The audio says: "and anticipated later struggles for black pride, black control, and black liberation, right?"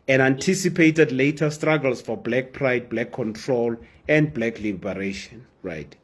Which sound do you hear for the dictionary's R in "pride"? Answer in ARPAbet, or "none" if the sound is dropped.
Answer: R